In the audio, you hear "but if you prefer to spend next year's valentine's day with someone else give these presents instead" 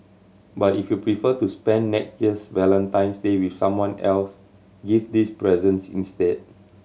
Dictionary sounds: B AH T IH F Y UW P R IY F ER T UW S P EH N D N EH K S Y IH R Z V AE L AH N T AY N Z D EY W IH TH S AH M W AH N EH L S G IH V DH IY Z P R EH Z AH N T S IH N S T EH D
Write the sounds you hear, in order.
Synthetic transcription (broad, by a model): B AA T IH F Y UW P R IY F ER T UW S P EH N N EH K Y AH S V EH L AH N T AY N S D EY W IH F S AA M W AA N EH L S G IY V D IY S P R EH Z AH N S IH N S T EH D